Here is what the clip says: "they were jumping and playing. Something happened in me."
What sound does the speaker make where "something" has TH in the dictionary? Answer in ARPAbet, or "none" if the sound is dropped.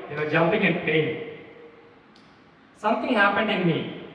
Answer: T